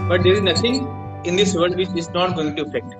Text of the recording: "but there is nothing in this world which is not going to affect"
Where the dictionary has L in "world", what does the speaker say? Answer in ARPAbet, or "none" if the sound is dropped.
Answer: none